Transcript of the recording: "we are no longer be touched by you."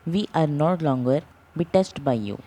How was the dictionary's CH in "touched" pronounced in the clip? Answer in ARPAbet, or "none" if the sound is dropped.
S